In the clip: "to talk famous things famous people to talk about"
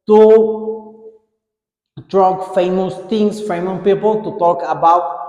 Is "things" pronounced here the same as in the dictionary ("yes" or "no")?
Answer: no